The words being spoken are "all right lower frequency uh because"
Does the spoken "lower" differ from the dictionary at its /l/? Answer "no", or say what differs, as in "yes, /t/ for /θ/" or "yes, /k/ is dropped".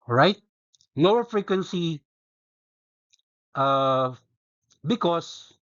yes, /n/ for /l/